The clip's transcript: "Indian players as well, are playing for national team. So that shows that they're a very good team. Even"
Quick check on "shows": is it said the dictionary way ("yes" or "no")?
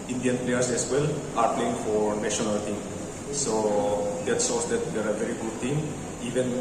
no